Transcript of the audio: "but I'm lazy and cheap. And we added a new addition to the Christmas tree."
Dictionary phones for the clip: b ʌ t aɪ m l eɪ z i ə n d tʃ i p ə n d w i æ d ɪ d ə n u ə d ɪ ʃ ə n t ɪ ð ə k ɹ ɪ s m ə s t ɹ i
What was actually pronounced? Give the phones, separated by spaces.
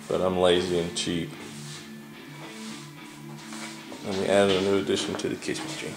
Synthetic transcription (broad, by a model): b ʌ t aɪ m l eɪ z i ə n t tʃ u ə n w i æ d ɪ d ə n u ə d ɪ ʃ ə n t ɪ ð ə k ɪ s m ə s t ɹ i